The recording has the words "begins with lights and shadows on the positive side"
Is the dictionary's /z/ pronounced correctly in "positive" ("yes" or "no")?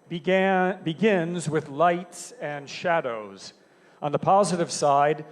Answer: yes